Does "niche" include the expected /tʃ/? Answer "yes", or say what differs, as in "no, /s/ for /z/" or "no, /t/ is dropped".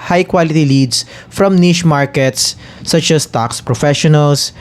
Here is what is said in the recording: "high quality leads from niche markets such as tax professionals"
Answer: no, /ʃ/ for /tʃ/